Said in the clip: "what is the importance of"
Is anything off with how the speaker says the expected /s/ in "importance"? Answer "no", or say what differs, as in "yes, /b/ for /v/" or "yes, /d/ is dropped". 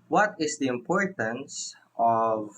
no